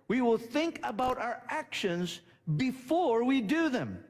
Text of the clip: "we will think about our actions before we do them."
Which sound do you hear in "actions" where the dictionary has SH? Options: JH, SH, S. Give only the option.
SH